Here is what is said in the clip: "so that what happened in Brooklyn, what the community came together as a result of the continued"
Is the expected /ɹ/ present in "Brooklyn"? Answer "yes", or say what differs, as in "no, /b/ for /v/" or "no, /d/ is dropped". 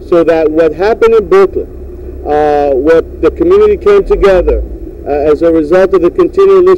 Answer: no, /ɹ/ is dropped